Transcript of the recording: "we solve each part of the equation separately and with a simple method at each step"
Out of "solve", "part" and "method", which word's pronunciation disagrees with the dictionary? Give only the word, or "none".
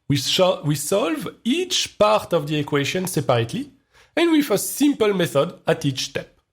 none